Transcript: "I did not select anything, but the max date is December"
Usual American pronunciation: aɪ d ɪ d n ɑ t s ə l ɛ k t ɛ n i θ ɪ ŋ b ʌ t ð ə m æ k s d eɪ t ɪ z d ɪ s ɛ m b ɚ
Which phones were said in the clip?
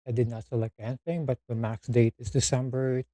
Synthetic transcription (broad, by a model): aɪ d ɪ d n ɑ t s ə l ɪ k ɛ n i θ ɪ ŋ b ʌ t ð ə m æ k s d eɪ t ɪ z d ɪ s ɛ m b ɚ